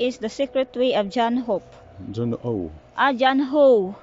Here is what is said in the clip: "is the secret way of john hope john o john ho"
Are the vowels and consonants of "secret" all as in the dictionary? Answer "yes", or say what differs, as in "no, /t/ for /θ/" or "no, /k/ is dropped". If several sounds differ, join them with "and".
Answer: yes